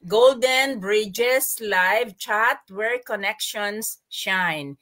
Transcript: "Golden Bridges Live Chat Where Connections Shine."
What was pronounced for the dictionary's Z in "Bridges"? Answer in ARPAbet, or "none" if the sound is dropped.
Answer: S